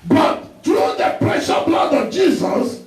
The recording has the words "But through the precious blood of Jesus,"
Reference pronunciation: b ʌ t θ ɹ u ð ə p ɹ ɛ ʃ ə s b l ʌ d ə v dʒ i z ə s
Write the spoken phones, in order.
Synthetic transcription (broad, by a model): b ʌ t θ ɹ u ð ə p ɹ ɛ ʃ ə b l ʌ d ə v dʒ i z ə s